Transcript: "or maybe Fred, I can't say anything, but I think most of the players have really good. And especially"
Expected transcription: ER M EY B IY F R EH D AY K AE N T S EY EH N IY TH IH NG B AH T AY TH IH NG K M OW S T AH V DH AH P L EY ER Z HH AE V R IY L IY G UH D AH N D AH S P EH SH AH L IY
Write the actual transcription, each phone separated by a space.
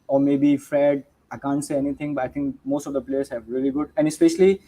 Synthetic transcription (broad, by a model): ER M EY B IY F R EH D AY K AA N T S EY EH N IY T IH NG B AH T AY T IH NG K M OW S T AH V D AH P L EY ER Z HH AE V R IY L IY G UH D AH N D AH S P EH SH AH L IY